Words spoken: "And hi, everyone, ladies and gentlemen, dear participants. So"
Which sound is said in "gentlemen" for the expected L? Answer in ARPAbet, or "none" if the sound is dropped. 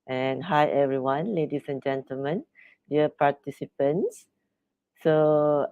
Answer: L